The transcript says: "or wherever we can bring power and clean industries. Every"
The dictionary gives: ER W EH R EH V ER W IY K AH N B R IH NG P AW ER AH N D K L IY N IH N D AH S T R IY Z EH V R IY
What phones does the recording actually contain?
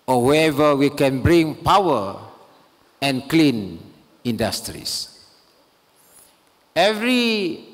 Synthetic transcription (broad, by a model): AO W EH EH V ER W IY K AH N B R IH NG P AW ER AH N K L IY N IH N D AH S T R IY S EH V R IY